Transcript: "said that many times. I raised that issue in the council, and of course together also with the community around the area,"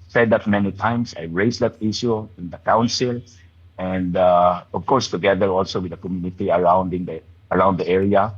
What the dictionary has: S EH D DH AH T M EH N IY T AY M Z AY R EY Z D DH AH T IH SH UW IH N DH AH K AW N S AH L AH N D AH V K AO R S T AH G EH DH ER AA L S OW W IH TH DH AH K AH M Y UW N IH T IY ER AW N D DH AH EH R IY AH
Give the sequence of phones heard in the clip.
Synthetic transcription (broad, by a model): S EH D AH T M EH N IY T AY M S AY R EY S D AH T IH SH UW IH N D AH K AW N S AH L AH N D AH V K AO R S T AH G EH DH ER AA L S OW W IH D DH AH K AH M Y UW N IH T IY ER AW N D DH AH EH R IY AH